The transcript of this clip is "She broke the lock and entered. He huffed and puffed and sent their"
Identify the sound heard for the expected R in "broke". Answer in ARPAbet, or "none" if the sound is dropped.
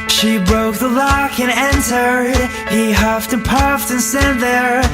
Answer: R